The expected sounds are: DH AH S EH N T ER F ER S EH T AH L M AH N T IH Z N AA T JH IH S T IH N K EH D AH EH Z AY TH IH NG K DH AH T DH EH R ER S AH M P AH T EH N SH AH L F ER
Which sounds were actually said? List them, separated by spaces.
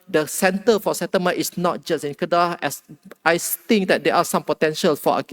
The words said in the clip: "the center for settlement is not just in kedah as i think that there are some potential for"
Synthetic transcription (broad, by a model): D AH S EH N T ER F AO S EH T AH M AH T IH S N AA T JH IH S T IH N K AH D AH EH S AY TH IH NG K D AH T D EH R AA S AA M P AH T EH N SH AH L F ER